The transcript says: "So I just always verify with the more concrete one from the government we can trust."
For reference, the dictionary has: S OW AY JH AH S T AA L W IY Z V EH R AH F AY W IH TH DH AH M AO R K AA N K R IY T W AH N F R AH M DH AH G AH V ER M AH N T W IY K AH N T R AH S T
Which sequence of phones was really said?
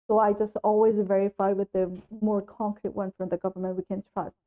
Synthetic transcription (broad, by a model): S OW AY JH AH S T AA L W IY Z V EH R AH F AY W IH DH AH M AO R K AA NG K R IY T W AH N F R AH M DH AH G AH V ER M AH N T W IY K AH N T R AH S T